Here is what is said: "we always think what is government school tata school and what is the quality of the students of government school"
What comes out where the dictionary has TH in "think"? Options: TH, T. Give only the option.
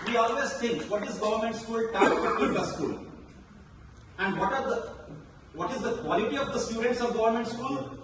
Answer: T